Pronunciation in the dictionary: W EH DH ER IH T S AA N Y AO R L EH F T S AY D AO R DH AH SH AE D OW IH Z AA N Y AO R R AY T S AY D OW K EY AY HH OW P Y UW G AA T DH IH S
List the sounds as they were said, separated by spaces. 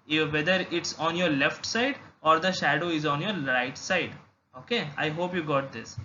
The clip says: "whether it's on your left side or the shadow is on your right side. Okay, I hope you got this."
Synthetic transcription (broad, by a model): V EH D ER IH T S AA N Y AO R L EH F T S AY D AO R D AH SH AE D OW IH Z AA N Y AO R R AY T S AY D OW K EY AY HH OW P Y UW G AA T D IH S